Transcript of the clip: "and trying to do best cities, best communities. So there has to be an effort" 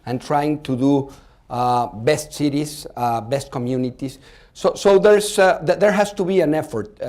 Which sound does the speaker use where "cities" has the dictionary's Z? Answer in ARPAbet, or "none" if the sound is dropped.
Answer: S